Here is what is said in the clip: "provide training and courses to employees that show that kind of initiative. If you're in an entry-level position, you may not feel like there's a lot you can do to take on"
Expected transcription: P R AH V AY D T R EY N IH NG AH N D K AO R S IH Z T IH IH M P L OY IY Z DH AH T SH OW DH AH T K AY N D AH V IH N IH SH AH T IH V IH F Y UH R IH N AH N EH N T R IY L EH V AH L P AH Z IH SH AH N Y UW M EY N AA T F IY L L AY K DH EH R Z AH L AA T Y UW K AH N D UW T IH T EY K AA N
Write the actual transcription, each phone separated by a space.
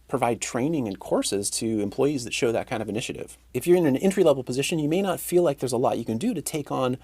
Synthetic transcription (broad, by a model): P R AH V AY D T R EY N IH NG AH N K AO R S IH Z T IH IH M P L OY IY Z DH AH T SH OW DH AH T K AY N D AH V IH N IH SH AH T IH V IH F Y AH R IH N AH N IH N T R IY L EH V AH L P AH Z IH SH AH N Y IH M EY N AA T F IY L L AY K DH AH R Z AH L AA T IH K AH N D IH T IH T EY K N